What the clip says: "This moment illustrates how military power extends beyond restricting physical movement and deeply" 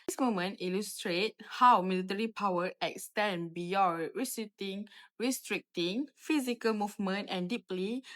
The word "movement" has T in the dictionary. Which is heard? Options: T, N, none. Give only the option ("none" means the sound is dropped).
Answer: T